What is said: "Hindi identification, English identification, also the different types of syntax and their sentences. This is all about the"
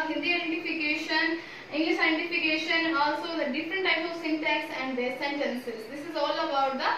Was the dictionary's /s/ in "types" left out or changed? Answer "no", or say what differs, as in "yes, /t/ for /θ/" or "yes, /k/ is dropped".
yes, /s/ is dropped